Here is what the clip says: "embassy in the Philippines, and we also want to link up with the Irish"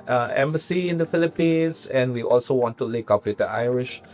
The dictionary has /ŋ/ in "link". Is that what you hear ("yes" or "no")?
no